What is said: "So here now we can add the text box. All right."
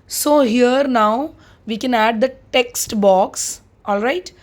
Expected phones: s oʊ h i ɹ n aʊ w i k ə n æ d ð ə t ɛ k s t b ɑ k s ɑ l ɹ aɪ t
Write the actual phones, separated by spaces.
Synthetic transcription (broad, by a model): s oʊ h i ɹ n aʊ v i k ə n æ d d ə t ɛ k s t b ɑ k s ɑ l ɹ aɪ t